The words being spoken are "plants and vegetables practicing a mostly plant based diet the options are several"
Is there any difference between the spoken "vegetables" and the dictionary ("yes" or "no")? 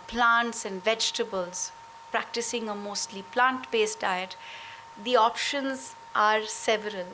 no